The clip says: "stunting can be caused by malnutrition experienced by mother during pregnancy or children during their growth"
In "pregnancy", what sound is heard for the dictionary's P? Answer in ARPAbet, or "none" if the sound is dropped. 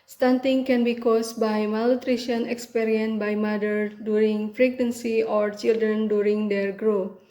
F